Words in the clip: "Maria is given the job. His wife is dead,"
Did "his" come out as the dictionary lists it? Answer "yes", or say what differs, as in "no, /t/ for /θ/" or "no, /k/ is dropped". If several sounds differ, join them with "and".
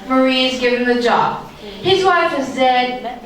yes